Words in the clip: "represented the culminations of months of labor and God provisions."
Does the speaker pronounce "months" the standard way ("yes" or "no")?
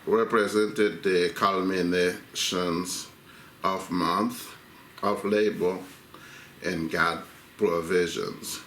no